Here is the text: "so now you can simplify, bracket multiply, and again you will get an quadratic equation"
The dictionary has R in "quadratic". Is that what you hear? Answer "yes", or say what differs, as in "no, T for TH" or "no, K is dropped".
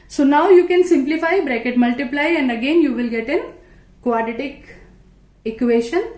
no, R is dropped